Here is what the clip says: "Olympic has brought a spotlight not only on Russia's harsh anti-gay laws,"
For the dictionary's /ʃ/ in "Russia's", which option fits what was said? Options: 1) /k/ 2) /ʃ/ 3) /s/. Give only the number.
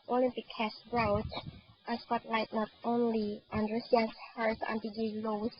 3